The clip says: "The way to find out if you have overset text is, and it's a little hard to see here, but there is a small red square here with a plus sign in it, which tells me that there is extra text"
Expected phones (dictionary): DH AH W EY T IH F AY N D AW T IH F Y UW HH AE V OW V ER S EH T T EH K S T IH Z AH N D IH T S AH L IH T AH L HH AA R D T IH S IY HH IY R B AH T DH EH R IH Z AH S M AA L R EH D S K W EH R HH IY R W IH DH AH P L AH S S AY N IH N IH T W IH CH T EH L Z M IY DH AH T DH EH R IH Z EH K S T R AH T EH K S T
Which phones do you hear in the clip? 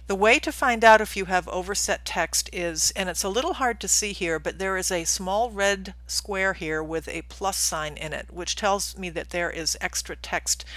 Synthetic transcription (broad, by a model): DH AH W EY T IH F AY N D AW T IH F Y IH V OW V ER S EH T T EH K S T IH Z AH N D IH T S AH L IH T L HH AA R D T IH S IY HH IY R B AH T DH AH R IH Z AH S M AA L R EH D S K W EH R HH IY R W IH DH AH P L AH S S AY N IH N IH T W IH CH T EH L Z M IY DH AH T DH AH R IH Z EH K S T R AH T EH K S T